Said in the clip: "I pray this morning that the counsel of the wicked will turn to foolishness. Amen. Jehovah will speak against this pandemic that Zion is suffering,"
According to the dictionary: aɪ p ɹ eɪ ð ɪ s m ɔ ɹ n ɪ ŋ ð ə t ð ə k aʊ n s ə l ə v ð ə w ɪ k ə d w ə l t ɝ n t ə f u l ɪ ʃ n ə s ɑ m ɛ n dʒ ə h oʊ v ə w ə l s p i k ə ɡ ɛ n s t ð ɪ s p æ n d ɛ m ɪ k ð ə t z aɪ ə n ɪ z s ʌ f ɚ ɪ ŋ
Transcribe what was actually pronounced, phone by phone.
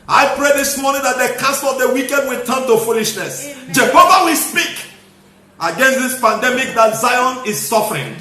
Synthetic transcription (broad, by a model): aɪ p ɹ eɪ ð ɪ s m ɔ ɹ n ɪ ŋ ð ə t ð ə k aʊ s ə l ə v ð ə w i k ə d w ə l t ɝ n t ə f u l ɪ ʃ n ə s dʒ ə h oʊ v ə w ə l s p i k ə ɡ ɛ n s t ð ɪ s p æ n d ɛ m ɪ k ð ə t z aɪ ə n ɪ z s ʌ f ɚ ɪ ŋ